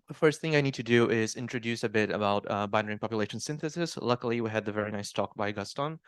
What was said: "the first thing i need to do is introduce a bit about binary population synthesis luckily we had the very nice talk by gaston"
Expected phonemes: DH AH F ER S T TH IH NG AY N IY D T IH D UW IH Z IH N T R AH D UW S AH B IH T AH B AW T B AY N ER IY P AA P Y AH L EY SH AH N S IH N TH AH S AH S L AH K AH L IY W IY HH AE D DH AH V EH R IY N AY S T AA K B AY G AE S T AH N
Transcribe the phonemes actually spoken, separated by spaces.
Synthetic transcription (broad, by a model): DH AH F ER S T TH IH NG AY N IY D T IH D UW IH Z IH N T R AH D UW S AH B IH T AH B AW T B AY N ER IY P AA P Y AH L EY SH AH N S IH N TH AH S AH S L AH K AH L IY W IY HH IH D DH AH V EH R IY N AY S T AA K B AY G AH S T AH N